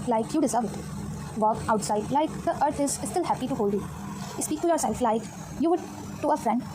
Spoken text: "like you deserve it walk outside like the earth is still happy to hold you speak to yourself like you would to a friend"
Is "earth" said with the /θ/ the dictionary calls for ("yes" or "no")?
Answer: no